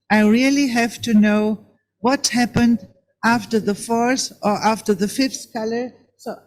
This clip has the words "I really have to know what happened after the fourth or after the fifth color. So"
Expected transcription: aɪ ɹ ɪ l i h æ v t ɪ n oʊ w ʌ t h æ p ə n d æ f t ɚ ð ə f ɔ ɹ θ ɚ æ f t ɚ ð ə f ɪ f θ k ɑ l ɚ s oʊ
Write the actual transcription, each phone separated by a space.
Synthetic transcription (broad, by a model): aɪ ɹ ɪ l i h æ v t ɪ n oʊ w ʌ t h æ p ə n d æ f t ɚ ð ə f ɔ ɹ s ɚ æ f t ɚ ð ə f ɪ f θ k ɑ l ɚ s oʊ